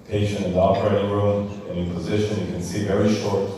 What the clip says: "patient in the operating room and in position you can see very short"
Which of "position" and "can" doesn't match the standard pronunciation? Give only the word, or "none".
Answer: none